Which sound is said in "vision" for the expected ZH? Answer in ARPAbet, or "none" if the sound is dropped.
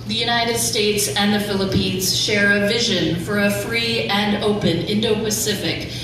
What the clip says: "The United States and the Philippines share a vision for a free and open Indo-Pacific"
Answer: ZH